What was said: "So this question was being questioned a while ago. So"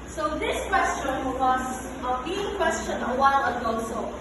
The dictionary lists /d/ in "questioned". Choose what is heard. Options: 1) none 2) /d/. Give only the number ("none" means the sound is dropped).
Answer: 1